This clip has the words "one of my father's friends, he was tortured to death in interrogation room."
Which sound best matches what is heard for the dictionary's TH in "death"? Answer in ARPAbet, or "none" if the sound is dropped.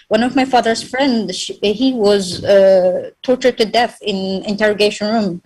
TH